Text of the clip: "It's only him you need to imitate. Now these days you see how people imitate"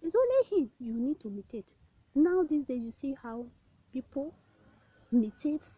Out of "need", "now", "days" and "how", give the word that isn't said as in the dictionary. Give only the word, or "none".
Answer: days